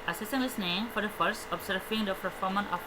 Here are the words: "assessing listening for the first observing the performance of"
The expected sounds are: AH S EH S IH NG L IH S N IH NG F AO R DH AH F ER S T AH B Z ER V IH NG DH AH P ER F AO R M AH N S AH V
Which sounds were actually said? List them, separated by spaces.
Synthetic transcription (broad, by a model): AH S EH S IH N L IH S N IH NG F AO R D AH F ER S T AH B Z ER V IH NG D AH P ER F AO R M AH N AH